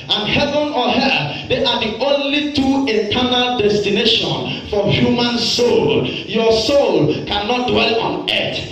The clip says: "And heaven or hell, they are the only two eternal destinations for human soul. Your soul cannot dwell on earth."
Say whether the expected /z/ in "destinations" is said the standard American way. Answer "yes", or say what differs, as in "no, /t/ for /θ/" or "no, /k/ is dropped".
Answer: no, /z/ is dropped